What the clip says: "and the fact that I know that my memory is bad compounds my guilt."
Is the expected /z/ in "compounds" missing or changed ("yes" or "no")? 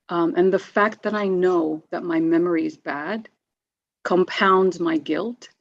no